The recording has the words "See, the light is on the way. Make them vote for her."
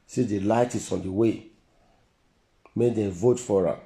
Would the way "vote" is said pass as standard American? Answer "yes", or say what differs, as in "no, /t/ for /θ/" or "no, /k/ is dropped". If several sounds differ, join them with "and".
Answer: yes